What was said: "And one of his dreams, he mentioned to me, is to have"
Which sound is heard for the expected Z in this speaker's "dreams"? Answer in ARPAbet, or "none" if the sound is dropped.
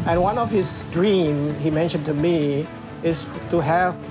none